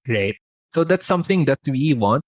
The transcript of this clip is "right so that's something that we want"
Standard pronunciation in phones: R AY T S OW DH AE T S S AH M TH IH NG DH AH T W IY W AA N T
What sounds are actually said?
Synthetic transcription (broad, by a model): R AY T S OW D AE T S S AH M T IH NG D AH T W IY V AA N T